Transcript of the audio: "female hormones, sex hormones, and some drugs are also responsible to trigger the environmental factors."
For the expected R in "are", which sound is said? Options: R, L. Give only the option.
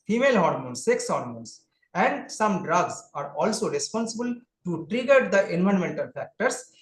R